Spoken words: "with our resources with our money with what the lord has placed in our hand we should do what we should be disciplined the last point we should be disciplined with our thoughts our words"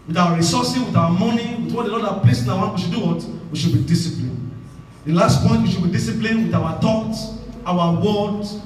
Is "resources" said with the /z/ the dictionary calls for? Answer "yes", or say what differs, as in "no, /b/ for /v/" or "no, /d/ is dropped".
no, /z/ is dropped